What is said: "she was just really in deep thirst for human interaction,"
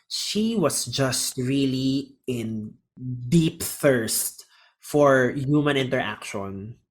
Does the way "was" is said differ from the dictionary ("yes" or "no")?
yes